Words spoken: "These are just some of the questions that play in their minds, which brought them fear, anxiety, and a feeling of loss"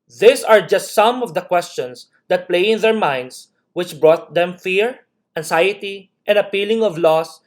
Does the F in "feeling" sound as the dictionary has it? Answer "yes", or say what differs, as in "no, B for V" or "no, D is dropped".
no, P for F